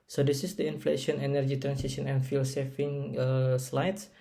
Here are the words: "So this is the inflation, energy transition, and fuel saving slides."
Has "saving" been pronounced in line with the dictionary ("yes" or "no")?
no